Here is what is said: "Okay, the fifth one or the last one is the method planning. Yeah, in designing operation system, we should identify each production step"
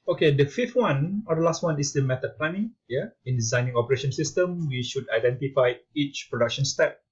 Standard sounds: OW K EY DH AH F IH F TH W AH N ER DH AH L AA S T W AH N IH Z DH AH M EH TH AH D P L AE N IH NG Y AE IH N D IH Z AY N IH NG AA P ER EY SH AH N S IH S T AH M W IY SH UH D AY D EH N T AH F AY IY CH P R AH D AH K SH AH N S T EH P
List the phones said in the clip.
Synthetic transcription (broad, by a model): OW K EY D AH F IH F T W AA N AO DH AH L AA S T W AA N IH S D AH M EH T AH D P L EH N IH NG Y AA IH N D IH Z AY N IH NG AA P ER EY SH AH N S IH S T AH M W IY SH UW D AY D EH N T AH F AY IY CH P R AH D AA K SH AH N S T EH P